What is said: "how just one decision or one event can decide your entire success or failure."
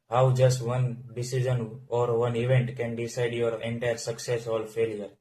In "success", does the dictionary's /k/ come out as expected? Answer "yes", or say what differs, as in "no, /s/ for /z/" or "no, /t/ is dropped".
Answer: yes